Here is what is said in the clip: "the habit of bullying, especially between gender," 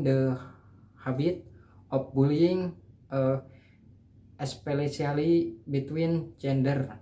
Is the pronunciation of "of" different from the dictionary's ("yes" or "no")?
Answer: yes